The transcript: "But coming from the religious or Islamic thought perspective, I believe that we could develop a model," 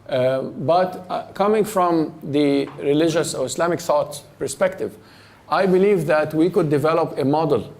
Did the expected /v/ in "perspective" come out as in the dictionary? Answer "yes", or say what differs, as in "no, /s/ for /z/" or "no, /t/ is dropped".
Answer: yes